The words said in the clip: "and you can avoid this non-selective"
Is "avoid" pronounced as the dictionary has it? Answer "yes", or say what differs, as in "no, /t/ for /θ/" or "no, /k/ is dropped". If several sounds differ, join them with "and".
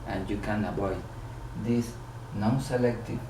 no, /b/ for /v/